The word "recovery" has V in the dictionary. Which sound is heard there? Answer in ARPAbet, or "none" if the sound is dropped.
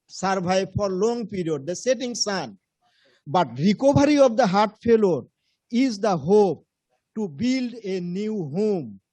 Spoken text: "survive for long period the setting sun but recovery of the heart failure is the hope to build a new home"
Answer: B